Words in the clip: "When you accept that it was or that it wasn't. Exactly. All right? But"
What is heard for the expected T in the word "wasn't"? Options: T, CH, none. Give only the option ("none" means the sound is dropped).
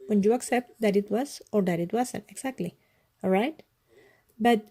none